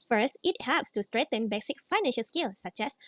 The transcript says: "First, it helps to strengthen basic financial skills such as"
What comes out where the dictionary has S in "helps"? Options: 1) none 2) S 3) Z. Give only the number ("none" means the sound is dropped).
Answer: 2